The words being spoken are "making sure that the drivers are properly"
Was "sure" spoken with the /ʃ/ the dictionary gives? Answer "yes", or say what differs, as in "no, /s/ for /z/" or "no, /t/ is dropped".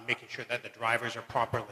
yes